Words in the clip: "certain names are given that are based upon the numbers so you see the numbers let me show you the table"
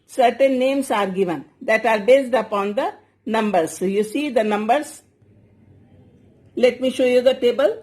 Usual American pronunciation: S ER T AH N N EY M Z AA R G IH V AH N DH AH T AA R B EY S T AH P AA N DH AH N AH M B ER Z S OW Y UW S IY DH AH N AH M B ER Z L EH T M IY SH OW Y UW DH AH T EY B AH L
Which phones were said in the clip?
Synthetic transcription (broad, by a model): S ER T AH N N EY M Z AA R G IH V AH N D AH T AA R B EY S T AH P AA N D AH N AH M B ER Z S Y UW S IY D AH N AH M B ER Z L EH T M IY SH OW Y UW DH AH T EY B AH L